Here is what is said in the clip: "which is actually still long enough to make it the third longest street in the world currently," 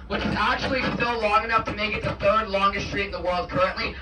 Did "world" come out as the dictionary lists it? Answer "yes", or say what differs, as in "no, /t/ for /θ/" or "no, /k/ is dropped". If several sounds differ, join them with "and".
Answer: yes